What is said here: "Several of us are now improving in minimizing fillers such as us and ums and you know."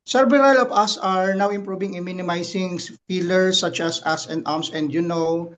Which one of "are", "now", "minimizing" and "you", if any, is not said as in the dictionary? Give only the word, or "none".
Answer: minimizing